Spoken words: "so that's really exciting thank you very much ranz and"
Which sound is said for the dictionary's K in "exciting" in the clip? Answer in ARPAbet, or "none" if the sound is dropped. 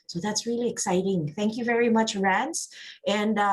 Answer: K